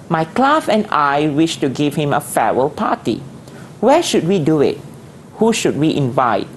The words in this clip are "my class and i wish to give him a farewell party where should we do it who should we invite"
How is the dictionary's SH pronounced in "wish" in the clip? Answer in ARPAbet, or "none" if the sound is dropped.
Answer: SH